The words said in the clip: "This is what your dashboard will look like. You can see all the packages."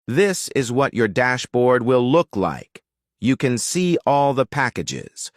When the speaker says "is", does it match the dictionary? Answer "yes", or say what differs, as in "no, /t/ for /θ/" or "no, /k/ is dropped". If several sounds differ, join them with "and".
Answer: yes